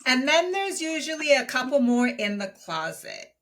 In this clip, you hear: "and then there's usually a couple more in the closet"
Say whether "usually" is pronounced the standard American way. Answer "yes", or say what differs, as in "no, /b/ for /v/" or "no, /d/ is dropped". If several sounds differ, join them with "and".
yes